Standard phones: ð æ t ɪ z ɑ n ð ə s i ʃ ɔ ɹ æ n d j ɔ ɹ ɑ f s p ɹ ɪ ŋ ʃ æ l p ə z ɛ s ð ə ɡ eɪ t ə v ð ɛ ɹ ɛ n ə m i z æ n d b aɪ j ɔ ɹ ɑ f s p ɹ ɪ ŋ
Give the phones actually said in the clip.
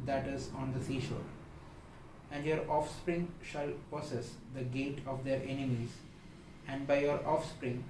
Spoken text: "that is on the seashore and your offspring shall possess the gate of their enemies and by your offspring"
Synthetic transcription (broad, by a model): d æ t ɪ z ɑ n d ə s i ʃ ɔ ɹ æ n d j ɔ ɹ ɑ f s p ɹ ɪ ŋ ʃ æ l p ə s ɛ s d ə ɡ eɪ t ə v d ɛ ɹ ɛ n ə m i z æ n d b aɪ j ɔ ɹ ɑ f s p ɹ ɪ ŋ